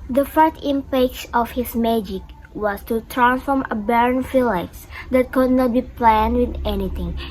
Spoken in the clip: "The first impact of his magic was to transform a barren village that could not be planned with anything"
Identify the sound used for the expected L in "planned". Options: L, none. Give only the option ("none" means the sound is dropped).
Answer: L